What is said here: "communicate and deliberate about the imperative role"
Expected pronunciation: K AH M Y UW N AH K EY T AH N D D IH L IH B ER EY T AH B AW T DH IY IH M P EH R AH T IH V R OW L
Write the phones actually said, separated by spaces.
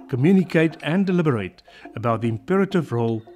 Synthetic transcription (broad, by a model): K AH M Y UW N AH K EY T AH N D D IH L IH B ER EY T AH B AW T DH IY IH M P EH R AH T IH V R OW L